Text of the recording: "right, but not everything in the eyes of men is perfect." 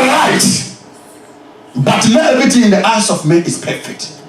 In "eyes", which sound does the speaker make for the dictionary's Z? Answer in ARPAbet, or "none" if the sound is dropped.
S